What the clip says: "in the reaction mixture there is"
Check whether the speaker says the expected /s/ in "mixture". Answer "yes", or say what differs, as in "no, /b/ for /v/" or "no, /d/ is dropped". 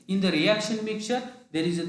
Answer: no, /s/ is dropped